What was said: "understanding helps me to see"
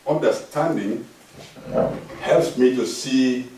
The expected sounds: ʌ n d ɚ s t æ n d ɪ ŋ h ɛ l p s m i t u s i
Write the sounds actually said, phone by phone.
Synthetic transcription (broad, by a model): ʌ n d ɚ s t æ n d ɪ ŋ h ɛ l p s m i t u s i